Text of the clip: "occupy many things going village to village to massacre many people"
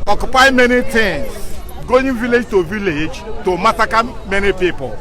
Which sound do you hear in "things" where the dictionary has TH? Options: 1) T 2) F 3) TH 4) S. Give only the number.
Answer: 1